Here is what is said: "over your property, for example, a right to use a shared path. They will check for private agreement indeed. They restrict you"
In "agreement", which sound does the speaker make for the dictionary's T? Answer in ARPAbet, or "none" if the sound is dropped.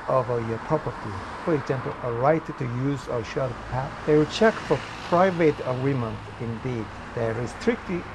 none